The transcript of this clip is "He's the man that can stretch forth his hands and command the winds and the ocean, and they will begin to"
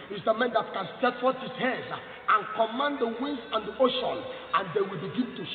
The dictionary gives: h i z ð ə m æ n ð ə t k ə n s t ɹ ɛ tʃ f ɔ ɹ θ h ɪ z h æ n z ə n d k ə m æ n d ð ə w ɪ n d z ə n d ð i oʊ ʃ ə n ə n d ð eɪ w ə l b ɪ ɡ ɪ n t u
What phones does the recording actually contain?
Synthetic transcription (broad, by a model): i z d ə m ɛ n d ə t k ə n s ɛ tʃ f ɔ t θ h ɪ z h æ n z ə n k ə m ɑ n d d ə w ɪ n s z ə n d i oʊ ʃ ə n ə n d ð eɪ w ə l b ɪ ɡ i n t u